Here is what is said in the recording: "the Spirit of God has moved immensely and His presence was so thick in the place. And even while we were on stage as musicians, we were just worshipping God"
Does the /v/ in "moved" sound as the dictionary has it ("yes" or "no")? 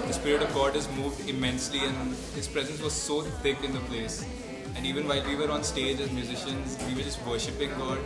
yes